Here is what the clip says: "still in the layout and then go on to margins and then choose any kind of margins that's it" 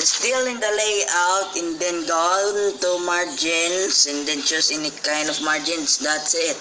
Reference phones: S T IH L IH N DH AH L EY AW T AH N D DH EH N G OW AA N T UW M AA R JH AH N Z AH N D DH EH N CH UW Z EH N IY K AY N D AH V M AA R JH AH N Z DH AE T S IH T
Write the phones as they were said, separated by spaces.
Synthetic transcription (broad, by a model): S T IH L IH N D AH L EY AW T AH N D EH N G OW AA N T UW M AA R JH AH N S AH N D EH N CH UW S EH N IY K AY N D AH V M AA R JH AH N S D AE T S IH T